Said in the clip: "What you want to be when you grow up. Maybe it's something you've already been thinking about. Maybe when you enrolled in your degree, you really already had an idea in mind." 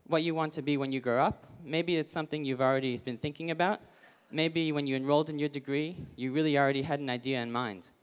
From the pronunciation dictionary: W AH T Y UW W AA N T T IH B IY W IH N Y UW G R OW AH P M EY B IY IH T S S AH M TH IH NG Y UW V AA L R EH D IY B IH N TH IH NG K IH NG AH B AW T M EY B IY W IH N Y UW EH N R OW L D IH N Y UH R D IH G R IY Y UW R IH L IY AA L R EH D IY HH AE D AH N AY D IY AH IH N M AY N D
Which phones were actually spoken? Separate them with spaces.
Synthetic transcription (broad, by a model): W AH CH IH W AA N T T IH B IY W IH N Y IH G R OW AH P M EY B IY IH T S S AH M TH IH NG Y UW V L R EH D IY B IH N TH IH NG K IH NG AH B AW T M EY B IY W IH N Y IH EH N R OW L D IH N Y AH R D IH G R IY Y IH R IH L IY L R EH D IY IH D N AY D IY AH IH N M AY N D